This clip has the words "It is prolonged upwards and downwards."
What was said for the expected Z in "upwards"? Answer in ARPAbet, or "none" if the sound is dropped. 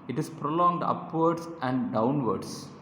S